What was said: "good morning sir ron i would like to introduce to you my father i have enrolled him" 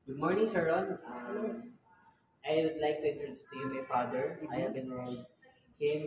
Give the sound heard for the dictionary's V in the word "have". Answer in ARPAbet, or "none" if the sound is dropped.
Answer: B